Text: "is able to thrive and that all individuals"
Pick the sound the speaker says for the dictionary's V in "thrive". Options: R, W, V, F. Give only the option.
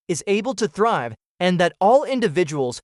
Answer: V